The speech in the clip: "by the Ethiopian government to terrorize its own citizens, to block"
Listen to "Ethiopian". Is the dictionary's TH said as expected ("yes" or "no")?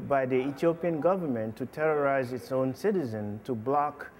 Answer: no